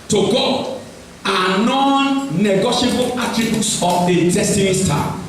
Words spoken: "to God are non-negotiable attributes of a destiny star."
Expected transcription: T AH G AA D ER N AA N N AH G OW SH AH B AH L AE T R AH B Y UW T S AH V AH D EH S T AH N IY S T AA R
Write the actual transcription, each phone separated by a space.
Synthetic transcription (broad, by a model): T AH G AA AA N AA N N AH G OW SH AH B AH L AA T R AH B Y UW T S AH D AH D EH S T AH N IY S T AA